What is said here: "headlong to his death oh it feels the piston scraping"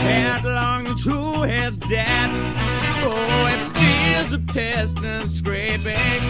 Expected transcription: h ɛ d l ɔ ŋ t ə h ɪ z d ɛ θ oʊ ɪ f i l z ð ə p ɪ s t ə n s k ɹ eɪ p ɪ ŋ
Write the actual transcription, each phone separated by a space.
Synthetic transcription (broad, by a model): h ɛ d l ɔ ŋ t ə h ɪ z d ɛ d oʊ ɪ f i z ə p ɪ s t ə n s k ɹ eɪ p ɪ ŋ